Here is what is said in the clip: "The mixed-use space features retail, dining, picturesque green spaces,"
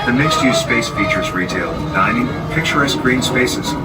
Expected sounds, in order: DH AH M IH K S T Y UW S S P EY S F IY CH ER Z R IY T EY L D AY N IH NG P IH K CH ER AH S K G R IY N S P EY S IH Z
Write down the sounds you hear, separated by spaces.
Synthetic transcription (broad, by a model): DH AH M IH K S T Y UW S S P EY S F IY CH ER Z R IY T EY L D AY N IH NG P IH K CH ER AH S G R IY N S P EY S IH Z